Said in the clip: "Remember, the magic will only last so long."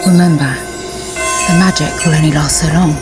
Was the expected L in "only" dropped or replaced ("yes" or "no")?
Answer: yes